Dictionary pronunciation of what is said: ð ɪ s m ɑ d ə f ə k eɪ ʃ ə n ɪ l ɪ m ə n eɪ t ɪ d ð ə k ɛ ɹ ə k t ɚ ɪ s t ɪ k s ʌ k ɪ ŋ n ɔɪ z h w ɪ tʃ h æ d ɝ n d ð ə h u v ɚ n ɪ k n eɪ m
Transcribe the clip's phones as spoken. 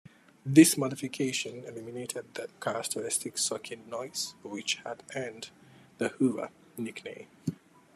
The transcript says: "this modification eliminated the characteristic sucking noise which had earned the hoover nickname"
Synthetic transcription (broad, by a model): ð ɪ s m ɑ d ə f ə k eɪ ʃ ə n ɪ l ɪ m ə n eɪ t ɪ d ð ə k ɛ ɹ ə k t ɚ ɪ s t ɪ k s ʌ k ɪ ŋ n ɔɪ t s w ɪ tʃ h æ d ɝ n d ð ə h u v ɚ n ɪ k n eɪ